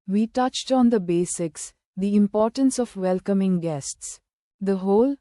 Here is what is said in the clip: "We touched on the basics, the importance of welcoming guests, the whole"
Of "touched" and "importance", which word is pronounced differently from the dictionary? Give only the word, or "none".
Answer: none